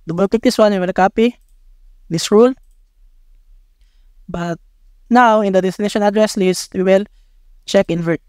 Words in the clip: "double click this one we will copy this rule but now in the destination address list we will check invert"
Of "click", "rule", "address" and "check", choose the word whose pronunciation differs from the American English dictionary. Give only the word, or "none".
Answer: click